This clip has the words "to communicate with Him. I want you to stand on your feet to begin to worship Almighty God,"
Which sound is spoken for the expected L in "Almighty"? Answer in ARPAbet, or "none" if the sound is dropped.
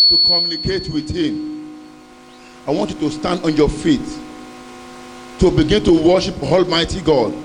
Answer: L